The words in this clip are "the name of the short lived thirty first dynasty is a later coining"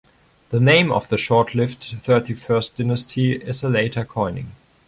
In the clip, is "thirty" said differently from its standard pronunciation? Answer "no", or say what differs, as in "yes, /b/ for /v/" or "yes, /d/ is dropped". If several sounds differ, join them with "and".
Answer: no